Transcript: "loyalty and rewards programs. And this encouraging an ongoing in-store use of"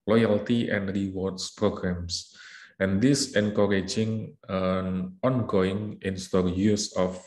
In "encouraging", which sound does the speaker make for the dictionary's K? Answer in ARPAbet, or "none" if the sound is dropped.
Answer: K